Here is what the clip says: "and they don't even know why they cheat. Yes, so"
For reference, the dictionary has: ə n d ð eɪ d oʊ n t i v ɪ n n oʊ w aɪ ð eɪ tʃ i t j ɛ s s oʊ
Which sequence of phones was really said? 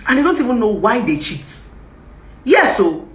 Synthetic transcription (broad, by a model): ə n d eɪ d oʊ n t i v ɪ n n oʊ w aɪ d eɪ tʃ i t j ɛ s s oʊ